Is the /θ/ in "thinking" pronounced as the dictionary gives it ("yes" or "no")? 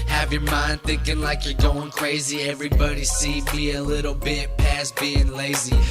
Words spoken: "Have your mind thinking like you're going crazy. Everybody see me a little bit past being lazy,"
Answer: yes